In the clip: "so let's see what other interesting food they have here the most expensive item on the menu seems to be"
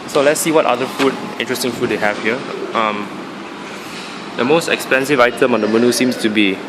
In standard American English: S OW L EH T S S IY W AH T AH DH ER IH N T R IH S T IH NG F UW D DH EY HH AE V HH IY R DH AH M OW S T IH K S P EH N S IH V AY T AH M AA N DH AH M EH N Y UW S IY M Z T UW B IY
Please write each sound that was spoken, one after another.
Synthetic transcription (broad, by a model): S OW L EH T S S IY W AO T AH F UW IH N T R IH S T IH NG F UW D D EY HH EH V HH IY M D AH M OW S T IH K S P EH N S IH V AY T AH M AA N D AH M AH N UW S IY M S T UW B IY